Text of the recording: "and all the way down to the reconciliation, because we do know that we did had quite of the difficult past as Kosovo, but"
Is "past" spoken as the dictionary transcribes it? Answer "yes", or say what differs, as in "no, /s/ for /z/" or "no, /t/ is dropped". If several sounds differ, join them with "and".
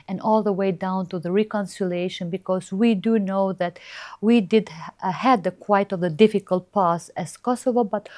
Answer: no, /t/ is dropped